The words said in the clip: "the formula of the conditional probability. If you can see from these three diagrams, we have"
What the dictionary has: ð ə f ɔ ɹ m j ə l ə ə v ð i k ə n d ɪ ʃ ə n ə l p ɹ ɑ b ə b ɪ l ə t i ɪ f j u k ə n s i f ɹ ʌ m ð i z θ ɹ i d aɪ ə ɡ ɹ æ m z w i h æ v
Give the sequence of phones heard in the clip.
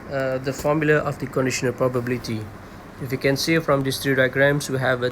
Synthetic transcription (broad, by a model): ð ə f ɔ m j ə l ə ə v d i k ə n d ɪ ʃ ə n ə l p ɹ ɑ b ə b ɪ l ə t i ɪ f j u k ə n s i f ɹ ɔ m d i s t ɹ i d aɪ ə ɡ ɹ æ m s w i h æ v